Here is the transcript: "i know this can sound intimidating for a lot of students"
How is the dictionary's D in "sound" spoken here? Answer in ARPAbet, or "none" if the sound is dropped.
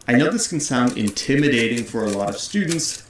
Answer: D